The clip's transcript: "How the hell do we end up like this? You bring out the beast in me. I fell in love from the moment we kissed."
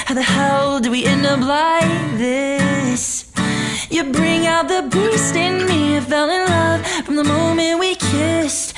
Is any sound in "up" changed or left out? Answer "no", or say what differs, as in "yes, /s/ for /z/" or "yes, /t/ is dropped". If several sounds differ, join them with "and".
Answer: yes, /b/ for /p/